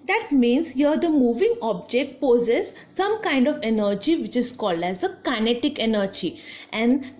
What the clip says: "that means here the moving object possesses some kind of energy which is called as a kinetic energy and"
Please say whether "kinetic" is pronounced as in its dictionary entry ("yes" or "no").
yes